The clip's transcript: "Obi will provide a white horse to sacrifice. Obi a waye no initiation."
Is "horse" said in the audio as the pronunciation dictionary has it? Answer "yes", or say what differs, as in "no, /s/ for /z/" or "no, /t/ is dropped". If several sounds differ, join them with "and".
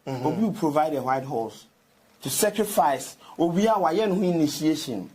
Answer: no, /l/ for /ɹ/